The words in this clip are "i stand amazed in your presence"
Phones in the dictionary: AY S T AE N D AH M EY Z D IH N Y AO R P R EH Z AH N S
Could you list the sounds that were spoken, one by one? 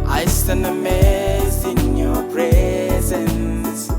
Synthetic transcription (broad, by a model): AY S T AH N AH M EY Z D IH N Y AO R P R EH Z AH N S